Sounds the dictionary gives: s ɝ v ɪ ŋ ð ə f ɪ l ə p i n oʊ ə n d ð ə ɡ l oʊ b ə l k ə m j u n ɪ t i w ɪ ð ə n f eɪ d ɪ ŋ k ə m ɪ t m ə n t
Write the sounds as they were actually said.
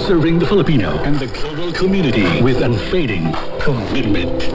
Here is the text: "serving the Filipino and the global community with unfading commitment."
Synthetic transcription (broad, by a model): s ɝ v ɪ ŋ ð ə f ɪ l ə p i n oʊ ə n ð ə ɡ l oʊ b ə l k ə m j u n ɪ t i w ɪ ð ə n f eɪ d ɪ ŋ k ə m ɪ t m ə n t